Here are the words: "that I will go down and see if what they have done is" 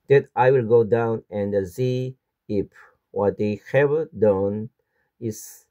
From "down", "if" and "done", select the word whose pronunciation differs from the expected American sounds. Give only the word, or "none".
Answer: if